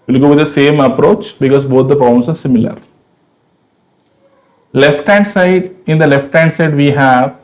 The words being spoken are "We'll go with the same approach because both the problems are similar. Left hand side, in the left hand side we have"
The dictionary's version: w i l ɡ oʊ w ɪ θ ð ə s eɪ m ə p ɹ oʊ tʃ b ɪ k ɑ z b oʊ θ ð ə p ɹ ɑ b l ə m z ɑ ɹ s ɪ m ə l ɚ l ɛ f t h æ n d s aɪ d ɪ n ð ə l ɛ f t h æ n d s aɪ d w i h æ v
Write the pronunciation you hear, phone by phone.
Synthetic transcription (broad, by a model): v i l ɡ oʊ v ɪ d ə s eɪ m ə p ɹ oʊ tʃ b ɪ k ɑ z b oʊ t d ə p ɑ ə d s ɑ ɹ s ɪ m ə l ɚ l ɛ f t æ n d s aɪ d ɪ n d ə l ɛ f t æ n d s aɪ d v i h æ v